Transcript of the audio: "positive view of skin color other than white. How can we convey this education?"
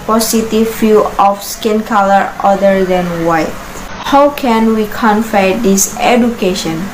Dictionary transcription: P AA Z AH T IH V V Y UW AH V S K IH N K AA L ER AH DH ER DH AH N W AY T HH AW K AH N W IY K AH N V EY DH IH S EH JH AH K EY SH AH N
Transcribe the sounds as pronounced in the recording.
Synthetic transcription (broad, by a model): P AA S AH T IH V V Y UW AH F S K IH N K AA L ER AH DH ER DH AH N W AY T HH AW K AH N W IY K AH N F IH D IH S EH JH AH K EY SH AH N